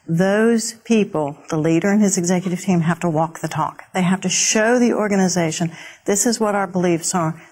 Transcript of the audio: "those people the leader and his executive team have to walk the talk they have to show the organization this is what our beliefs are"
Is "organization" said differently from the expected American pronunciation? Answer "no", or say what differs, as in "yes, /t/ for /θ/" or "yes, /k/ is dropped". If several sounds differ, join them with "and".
no